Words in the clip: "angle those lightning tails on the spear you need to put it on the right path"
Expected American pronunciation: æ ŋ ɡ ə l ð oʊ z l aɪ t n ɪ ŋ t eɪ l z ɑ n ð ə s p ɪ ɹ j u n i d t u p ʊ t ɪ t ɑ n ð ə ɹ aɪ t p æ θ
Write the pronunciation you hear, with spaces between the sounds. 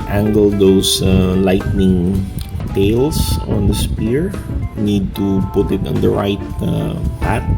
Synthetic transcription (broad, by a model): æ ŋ ɡ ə l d oʊ s l aɪ t n ɪ ŋ t eɪ l s ɑ n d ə s p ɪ ɹ n i d t u p ʊ t ɪ t ɑ n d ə ɹ aɪ t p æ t